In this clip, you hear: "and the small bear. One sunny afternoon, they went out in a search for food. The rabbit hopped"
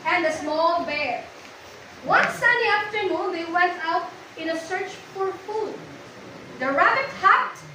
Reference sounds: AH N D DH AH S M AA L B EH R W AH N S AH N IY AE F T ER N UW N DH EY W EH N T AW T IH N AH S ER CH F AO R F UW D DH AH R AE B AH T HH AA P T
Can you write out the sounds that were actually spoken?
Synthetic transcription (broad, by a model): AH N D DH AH S M AA L B EH R W AH N S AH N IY AE F T ER N UW N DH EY W EH N T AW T IH N AH S ER CH F AO R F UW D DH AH R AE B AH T HH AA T